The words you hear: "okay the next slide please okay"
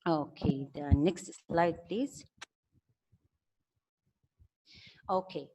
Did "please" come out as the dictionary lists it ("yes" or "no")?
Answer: yes